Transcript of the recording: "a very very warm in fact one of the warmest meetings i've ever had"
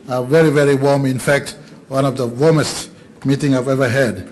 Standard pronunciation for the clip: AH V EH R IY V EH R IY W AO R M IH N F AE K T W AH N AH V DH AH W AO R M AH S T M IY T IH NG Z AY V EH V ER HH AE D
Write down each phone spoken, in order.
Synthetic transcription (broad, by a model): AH V EH R IY V EH R IY W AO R M IH N F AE K T W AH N AH V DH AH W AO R M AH S T M IY T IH NG AY V EH V ER HH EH D